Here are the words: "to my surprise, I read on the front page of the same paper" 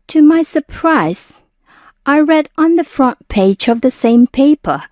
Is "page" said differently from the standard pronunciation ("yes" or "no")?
no